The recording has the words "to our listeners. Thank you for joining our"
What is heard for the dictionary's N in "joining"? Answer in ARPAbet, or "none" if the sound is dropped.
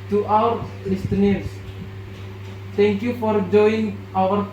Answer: none